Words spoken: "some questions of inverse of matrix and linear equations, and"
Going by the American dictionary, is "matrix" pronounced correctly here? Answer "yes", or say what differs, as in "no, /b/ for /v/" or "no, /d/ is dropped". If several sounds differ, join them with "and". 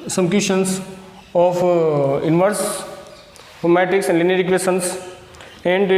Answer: no, /ɹ/ is dropped